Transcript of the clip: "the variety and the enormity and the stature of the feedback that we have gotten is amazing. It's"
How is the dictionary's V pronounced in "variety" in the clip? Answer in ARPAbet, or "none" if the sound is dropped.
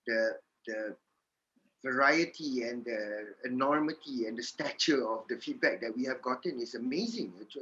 V